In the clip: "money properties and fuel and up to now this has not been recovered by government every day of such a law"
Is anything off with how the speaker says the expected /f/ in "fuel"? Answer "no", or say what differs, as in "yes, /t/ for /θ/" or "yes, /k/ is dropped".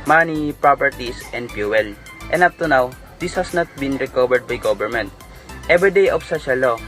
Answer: yes, /p/ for /f/